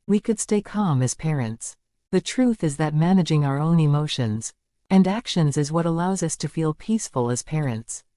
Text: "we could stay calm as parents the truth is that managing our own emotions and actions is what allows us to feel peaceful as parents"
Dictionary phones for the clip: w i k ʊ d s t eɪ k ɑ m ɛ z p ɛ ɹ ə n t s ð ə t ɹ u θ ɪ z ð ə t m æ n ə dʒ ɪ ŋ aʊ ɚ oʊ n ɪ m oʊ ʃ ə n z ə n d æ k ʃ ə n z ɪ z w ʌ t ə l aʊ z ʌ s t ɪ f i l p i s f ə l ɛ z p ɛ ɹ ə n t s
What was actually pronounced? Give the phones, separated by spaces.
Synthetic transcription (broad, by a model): w i k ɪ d s t eɪ k ɑ m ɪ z p ɛ ɹ ə n t s ð ə t ɹ u θ ɪ z ð ə t m æ n ə dʒ ɪ ŋ aʊ ɚ oʊ n ɪ m oʊ ʃ ə n z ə n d æ k ʃ ə n z ɪ z w ʌ t ə l aʊ z ʌ s t ɪ f i l p i s f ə l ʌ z p ɛ ɹ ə n t s